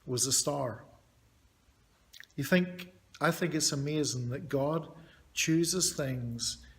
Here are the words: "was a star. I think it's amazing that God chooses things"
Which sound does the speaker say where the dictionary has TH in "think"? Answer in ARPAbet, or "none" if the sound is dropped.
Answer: TH